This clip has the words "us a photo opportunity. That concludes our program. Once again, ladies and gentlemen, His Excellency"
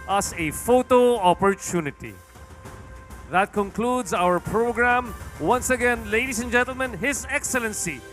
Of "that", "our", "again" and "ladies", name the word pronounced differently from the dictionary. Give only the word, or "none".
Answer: ladies